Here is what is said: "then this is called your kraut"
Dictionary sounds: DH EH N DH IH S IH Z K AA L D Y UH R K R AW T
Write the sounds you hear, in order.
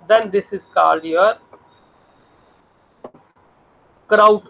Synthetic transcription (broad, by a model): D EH N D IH S IH Z K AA D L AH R K R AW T